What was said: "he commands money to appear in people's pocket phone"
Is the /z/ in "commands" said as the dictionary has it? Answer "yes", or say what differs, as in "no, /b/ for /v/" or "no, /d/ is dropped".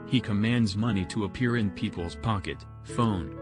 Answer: yes